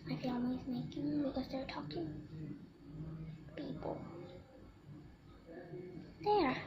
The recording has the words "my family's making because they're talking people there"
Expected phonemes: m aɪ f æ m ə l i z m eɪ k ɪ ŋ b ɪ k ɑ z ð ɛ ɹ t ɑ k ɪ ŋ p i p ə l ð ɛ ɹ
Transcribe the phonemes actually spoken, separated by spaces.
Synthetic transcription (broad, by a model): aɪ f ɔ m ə i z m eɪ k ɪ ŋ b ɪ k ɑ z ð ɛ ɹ t ɑ k ɪ ŋ p i p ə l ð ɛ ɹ